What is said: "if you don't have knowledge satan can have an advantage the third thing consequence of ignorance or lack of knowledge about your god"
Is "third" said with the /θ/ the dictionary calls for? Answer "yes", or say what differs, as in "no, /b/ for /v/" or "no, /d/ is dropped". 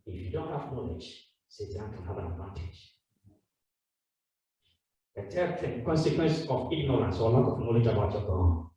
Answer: no, /t/ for /θ/